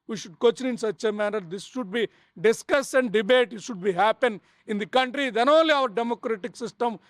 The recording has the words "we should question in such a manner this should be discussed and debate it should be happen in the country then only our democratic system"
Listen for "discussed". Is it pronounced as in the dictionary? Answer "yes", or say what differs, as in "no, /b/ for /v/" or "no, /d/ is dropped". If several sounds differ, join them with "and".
no, /t/ is dropped